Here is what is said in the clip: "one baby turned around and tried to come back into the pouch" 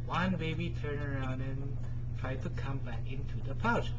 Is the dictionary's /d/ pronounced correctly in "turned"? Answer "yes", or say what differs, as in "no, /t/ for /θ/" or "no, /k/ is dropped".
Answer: no, /d/ is dropped